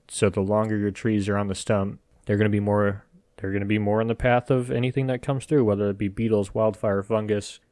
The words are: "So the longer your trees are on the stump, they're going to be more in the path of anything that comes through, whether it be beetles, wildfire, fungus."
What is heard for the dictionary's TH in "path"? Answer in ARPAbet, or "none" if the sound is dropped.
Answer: TH